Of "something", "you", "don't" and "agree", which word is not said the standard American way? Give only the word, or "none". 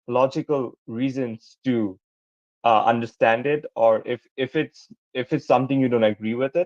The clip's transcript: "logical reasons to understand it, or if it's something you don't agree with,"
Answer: something